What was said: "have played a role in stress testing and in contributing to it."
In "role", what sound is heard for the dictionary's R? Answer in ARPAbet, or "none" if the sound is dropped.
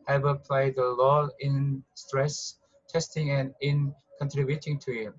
L